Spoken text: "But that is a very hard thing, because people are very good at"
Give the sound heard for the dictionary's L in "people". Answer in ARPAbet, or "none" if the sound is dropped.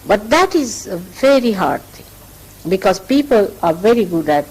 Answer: L